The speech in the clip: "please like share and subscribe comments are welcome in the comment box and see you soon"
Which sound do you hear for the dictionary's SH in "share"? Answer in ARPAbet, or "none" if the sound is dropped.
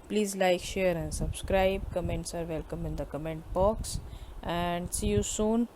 SH